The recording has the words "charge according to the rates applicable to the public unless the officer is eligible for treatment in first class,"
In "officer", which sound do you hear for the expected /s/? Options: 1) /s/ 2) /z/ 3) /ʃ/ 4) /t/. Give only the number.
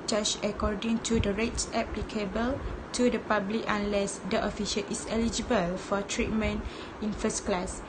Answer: 3